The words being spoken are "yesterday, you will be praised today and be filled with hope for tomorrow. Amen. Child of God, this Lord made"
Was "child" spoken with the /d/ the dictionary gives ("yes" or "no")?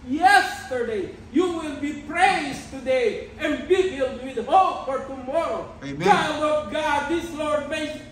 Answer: no